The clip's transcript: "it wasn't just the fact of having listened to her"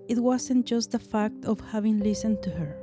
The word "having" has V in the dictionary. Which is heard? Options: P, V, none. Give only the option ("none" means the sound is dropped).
V